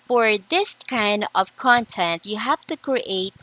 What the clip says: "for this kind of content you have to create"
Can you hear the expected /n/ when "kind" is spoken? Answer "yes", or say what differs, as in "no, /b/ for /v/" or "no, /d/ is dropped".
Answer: yes